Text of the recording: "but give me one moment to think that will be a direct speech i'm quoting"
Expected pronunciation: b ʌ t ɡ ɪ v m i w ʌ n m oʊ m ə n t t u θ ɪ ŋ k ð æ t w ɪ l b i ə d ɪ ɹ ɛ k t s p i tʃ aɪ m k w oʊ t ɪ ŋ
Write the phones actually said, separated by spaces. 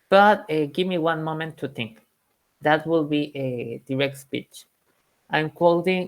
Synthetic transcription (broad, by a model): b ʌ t ɡ ɪ v m i w ʌ n m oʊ m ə n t t u θ ɪ ŋ k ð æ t w ɪ l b i ə d ɪ ɹ ɛ k t s p i tʃ aɪ m k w oʊ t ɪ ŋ